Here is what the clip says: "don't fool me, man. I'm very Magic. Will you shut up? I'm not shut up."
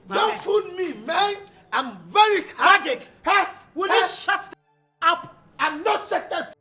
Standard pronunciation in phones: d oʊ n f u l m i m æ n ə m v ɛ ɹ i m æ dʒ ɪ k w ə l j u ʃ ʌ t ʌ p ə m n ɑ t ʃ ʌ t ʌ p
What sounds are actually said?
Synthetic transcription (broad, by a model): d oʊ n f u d m i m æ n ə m v ɛ ɹ i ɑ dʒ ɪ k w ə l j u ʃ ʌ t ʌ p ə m n ɑ t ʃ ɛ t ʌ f